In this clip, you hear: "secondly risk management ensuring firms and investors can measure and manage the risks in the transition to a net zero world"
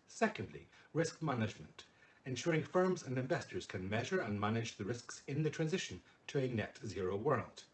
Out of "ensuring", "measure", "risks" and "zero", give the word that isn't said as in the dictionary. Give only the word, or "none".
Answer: none